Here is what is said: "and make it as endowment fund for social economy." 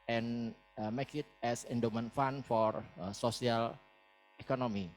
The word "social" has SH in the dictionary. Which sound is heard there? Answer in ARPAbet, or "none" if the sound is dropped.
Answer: S